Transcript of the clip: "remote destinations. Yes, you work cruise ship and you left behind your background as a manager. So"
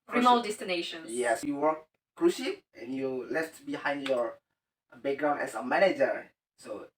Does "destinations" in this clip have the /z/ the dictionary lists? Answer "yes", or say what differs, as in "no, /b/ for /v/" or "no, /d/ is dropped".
no, /z/ is dropped